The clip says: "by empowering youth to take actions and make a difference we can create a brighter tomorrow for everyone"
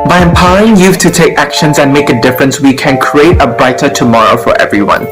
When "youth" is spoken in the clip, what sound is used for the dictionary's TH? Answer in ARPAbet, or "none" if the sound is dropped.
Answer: F